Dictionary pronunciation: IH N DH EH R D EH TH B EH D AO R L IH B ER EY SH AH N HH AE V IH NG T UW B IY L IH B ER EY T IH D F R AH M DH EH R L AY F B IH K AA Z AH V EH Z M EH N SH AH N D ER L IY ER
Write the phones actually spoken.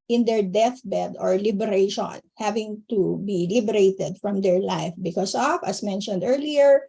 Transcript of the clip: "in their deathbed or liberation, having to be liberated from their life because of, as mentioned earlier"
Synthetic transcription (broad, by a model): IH N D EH R D EH TH B EH D AO R L IH B ER EY SH AH N HH AE V IH NG T UW B IY L IH B ER EY T IH D F R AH M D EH R L AY F B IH K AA S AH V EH S M EH N SH AH N D ER L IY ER